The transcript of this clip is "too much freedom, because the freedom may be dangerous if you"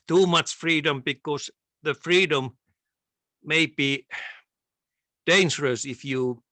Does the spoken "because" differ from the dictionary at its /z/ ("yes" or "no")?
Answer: yes